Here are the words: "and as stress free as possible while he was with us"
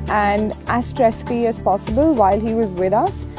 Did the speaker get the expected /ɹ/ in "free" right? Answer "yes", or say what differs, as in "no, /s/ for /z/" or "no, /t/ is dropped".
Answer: no, /l/ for /ɹ/